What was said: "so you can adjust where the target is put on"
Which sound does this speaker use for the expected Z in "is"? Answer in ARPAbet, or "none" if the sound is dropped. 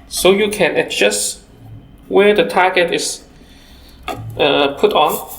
S